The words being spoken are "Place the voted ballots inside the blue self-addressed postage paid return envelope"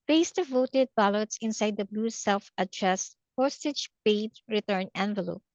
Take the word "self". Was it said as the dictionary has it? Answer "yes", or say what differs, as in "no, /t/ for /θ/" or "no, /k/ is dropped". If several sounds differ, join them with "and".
yes